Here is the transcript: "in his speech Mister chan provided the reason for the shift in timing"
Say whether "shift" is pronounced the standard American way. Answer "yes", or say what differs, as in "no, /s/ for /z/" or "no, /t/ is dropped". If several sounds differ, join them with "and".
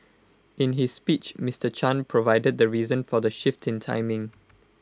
yes